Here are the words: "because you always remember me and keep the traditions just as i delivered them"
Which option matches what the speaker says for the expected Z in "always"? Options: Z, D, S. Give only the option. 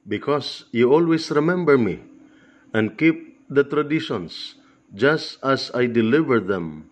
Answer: S